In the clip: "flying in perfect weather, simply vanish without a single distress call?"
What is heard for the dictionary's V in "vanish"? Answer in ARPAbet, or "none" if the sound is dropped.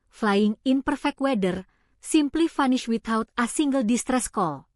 F